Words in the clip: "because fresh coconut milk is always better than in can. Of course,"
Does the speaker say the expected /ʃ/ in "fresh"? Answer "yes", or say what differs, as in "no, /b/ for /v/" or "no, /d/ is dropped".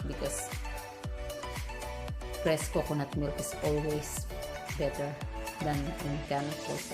no, /s/ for /ʃ/